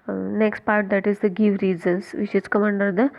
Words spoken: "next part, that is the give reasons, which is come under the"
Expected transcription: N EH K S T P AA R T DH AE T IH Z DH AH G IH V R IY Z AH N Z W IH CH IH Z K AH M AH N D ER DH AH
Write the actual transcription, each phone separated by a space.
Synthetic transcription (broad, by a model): N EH K S T P AA R T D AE T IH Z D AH G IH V R IY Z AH N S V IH SH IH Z K AH M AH N D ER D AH